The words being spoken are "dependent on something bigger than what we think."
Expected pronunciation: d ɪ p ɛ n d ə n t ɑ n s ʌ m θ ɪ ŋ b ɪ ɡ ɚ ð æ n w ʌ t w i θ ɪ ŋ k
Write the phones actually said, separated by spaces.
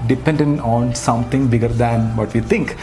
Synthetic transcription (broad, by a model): d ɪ p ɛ n d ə n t ɑ n s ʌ m t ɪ ŋ b ɪ ɡ ɚ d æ n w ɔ t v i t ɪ ŋ k